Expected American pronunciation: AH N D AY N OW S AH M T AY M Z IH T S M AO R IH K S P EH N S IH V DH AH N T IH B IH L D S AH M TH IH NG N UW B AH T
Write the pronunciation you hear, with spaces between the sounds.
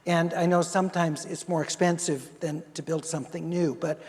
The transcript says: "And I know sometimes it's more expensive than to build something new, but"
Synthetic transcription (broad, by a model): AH N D AY N OW S AH M T AY M Z IH T S M AO R IH K S P EH N S IH V DH AH N T IH B IH L D S AH M TH IH NG N UW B AH T